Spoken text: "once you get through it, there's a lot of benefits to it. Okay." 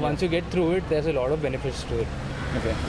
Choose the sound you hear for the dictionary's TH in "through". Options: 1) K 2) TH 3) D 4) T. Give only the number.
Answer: 4